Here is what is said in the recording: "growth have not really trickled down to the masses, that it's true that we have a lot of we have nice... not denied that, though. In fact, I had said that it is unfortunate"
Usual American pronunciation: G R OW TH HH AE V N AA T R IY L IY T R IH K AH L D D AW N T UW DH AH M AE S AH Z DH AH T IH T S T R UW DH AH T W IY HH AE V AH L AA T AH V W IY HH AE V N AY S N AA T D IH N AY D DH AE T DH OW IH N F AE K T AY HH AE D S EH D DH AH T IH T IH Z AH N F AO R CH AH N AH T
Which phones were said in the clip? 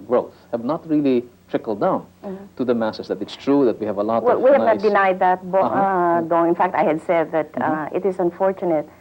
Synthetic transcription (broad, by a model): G R OW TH HH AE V N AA T R IY L IY T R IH K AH L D D AW N T UW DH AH M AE S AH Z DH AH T IH T S T R UW DH AH T W IY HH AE V AH L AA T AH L W IY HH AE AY N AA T D IH N AY D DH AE T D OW IH N F AE K T AY HH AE D S EH D DH AH T IH T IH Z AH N F AO R CH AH N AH T